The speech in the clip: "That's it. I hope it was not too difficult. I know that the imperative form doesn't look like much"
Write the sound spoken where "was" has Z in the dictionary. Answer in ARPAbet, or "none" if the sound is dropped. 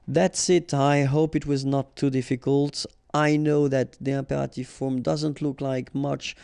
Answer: Z